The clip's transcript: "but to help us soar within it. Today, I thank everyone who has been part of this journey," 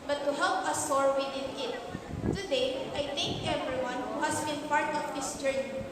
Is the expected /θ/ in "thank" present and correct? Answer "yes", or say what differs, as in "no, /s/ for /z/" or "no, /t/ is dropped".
no, /t/ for /θ/